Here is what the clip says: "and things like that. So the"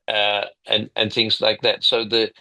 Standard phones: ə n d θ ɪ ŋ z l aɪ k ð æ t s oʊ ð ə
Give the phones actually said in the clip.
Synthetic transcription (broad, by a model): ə n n θ ɪ ŋ z l aɪ k ð æ t s oʊ ð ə